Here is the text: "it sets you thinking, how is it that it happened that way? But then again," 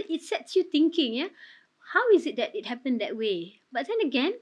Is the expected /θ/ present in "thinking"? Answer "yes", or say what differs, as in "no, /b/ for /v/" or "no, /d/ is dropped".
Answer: no, /t/ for /θ/